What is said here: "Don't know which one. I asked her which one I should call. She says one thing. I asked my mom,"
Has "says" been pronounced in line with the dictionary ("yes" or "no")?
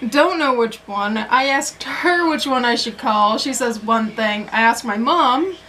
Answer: yes